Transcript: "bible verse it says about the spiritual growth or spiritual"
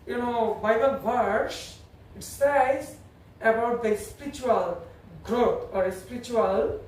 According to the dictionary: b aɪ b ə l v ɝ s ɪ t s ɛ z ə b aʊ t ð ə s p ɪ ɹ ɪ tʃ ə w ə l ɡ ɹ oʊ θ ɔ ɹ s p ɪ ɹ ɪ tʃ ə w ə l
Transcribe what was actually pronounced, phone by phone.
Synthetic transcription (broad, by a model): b aɪ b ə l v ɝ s ɪ t s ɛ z ə b aʊ t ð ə s p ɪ ɹ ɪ tʃ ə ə l ɡ ɹ oʊ t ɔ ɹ s p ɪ ɹ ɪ tʃ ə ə l